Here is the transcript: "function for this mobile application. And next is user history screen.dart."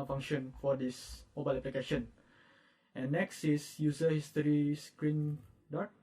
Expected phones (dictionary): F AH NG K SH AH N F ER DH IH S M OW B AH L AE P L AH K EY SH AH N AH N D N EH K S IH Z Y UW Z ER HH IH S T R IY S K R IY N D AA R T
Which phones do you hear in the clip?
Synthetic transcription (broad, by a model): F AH NG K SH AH N F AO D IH S M OW B AH L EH P L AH K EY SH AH N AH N N EH K S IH S Y UW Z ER HH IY S T R IY S K R IY N D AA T